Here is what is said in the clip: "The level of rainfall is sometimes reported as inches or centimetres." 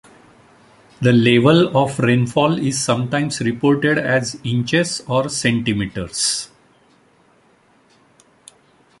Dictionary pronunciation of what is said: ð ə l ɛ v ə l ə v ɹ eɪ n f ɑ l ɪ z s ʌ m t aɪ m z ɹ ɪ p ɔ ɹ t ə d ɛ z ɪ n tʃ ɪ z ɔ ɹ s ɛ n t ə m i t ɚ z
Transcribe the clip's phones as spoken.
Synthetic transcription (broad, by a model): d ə l ɛ v ə l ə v ɹ eɪ n f ɑ l ɪ z s ʌ m t aɪ m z ɹ ɪ p ɔ ɹ t ə d ɛ z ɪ n tʃ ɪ s ɔ ɹ s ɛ n t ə m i t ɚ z